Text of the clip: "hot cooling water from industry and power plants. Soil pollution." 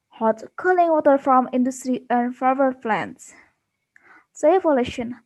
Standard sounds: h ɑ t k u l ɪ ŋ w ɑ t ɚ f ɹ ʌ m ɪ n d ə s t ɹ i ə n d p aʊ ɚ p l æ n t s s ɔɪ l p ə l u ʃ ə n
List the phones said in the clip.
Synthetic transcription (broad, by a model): h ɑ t k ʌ l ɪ ŋ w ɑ t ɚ f ɹ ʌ m ɪ n d ə s t ɹ i ə n d f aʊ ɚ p l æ n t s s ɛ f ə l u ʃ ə n